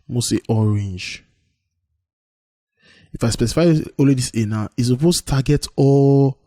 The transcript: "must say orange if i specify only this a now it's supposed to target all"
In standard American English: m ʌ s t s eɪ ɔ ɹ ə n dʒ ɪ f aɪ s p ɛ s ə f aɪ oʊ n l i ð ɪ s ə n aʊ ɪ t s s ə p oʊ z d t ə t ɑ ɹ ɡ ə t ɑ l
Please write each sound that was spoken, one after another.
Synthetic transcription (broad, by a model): m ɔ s t ɔ ɹ ə n dʒ ɪ f aɪ s p ɛ s ə f aɪ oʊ l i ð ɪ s ə n aʊ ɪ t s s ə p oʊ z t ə t ɑ ɡ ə t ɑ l